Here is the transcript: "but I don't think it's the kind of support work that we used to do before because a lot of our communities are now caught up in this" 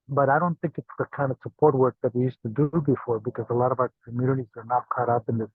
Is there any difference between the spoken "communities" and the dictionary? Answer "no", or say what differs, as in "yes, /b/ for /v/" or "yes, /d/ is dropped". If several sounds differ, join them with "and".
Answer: no